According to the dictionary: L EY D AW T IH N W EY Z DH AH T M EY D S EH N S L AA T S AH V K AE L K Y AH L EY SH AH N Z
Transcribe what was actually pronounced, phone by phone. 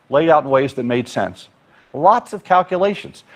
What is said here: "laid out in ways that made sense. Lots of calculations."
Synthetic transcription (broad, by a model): L EY D AW T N W EY Z DH AH T M EY D S EH N S L AA T S AH V K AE L K Y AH L EY SH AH N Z